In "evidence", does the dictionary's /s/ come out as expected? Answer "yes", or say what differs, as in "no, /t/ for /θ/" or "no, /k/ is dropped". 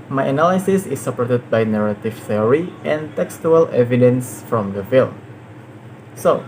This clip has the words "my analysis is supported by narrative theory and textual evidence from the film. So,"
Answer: yes